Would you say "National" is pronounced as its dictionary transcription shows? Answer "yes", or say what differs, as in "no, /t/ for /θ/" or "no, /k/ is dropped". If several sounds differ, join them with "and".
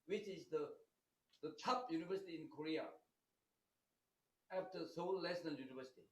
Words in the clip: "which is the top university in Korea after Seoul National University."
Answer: no, /l/ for /n/ and /n/ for /l/